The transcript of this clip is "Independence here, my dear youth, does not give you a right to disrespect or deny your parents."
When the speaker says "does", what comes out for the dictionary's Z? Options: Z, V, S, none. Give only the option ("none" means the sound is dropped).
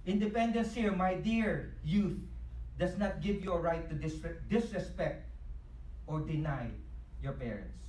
S